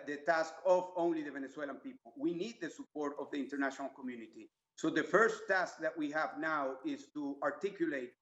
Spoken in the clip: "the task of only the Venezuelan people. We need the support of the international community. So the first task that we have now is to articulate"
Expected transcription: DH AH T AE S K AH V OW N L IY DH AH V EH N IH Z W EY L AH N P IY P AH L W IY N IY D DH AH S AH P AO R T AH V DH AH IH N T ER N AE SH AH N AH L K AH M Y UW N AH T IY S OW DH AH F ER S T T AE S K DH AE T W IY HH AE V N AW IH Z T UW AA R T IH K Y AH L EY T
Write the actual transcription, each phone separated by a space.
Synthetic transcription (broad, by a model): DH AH T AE S K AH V OW N L IY DH AH V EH N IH S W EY L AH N P IY P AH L W IY N IY D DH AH S AH P AO R T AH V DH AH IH N T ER N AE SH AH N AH L K AH M Y UW N AH T IY S OW DH AH F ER S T T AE S K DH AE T W IY HH AE V N AW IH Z T UW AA R T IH K Y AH L EY T